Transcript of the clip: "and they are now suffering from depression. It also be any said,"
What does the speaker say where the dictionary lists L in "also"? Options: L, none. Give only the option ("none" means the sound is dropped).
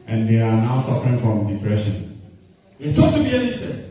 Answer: none